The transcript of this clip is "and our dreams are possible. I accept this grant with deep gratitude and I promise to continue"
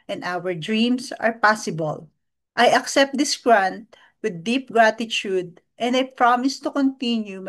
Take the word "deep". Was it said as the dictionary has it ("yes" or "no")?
yes